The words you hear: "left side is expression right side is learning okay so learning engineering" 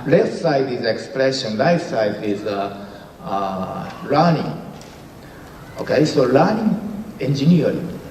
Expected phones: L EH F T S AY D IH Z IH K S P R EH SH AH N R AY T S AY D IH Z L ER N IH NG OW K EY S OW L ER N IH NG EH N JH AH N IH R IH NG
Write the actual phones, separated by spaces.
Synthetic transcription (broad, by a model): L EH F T S AY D IH Z IH K S P R EH SH AH N L AY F S AY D IH Z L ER N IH NG OW K EY S OW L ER N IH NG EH N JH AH N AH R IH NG